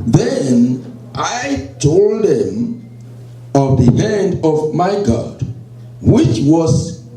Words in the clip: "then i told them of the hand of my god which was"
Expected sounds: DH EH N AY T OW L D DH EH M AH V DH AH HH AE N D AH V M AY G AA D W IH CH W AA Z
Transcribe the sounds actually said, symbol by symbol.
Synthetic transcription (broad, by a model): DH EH N AY T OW L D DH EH M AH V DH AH HH AE N D AH V M AY G AA D W IH CH W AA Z